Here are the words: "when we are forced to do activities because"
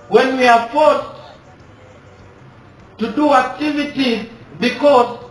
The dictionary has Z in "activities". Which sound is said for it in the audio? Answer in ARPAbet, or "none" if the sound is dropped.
none